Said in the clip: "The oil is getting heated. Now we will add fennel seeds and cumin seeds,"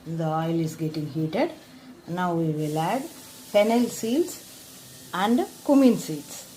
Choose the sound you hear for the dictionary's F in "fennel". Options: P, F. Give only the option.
P